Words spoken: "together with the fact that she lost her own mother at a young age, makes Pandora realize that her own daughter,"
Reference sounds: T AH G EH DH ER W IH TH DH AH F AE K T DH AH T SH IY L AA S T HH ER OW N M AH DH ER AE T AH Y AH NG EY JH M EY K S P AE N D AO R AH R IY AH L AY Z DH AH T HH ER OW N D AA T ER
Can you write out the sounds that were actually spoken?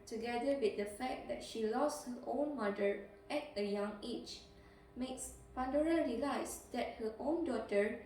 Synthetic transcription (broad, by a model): T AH G EH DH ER W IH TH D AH F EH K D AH T SH IY L AA S T HH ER OW N M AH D ER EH T AH Y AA NG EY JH M EY K S P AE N D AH R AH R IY L AY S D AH T HH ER OW N D AA T ER